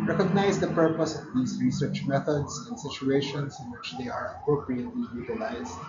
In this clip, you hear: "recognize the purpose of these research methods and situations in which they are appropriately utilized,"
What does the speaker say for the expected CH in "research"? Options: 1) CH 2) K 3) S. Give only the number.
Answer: 1